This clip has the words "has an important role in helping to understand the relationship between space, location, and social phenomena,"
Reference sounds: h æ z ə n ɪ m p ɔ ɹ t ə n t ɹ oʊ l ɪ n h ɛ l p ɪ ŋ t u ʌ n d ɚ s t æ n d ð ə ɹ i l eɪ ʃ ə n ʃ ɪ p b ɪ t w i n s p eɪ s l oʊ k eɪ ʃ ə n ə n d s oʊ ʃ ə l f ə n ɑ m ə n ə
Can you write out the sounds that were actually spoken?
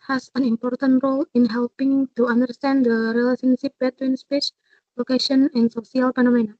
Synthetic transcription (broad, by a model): h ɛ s ə n ɪ m p ɔ ɹ t ə n t ɹ oʊ l ɪ n h ɛ l p ɪ ŋ t u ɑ n d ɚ s t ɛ n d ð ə ɹ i l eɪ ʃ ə n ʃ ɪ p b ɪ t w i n s p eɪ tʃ l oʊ k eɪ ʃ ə n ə n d s oʊ s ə l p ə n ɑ m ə n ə